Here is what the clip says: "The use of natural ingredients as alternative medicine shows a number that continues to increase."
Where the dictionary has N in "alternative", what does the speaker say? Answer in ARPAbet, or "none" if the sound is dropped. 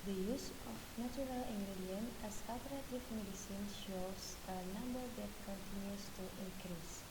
none